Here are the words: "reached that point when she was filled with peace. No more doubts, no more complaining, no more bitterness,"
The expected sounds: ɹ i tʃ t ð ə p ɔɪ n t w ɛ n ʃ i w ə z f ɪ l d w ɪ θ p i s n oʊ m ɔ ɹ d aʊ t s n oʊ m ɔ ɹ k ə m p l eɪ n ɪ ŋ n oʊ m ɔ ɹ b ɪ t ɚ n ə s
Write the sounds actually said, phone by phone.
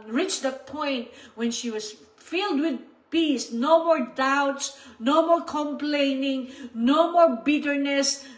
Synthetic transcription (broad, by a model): ɹ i tʃ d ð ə p ɔɪ n t w ɛ n ʃ i w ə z f ɪ l d w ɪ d p i s n oʊ m ɔ ɹ d aʊ t s n oʊ m ɔ ɹ k ə m p l eɪ n ɪ ŋ n oʊ m ɔ ɹ b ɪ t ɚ n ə s